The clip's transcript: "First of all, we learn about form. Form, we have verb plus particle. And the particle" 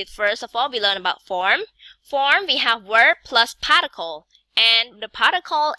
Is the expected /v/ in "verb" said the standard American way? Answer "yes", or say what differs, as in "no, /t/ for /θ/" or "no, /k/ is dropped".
no, /w/ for /v/